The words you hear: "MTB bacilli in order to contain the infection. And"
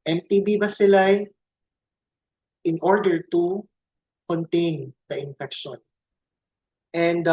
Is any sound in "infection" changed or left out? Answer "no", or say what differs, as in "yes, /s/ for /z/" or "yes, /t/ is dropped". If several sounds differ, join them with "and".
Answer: no